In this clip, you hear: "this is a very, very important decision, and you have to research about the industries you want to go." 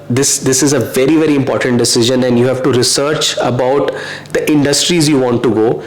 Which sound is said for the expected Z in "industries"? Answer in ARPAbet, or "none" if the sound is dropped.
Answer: Z